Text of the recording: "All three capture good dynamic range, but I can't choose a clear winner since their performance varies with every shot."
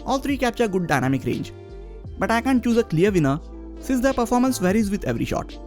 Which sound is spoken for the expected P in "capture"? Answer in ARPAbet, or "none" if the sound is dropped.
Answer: P